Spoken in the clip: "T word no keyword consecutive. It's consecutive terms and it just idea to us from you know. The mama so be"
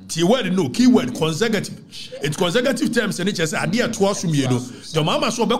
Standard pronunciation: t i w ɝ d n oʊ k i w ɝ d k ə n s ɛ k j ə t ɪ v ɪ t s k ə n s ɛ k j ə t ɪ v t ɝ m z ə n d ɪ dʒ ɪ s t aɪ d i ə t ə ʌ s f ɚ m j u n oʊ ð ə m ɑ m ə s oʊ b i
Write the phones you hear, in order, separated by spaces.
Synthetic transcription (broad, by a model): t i w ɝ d n oʊ k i w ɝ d k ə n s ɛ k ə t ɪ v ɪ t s k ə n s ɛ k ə t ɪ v t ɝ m s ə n ɪ tʃ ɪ s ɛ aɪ d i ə t ə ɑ s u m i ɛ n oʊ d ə m ɑ m ə s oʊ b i